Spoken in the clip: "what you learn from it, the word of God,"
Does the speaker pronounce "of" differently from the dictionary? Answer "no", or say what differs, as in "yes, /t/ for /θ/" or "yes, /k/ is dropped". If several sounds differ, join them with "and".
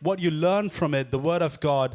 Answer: no